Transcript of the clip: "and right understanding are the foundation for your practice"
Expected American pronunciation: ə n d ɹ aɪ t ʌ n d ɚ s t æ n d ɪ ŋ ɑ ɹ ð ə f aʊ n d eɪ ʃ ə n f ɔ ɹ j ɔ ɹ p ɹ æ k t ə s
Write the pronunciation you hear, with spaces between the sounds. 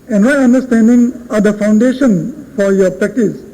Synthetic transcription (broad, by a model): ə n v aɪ ʌ n d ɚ s t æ n d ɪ ŋ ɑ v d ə f aʊ n d eɪ ʃ ə n f ɔ ɹ j ɔ ɹ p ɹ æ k t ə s